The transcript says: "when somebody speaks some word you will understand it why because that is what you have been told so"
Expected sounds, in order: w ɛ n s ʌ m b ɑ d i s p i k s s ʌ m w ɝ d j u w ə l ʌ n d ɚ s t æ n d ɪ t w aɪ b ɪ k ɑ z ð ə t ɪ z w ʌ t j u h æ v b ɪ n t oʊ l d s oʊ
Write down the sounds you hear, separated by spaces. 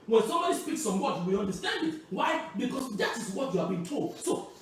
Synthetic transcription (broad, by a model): w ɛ n s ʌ m b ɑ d i s p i k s s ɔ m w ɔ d j u w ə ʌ n d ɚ s t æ n d ɪ t w aɪ b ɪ k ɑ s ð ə t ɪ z w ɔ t j u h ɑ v b ɪ n t oʊ l d s oʊ